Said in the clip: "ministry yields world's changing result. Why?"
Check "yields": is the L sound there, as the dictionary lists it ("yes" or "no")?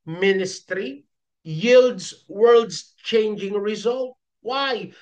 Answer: yes